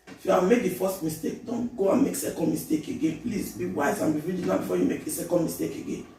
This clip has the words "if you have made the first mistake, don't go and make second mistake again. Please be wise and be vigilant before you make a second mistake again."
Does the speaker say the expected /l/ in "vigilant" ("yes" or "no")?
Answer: no